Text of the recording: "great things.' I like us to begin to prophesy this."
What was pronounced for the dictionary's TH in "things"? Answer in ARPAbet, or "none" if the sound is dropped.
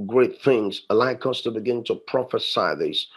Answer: TH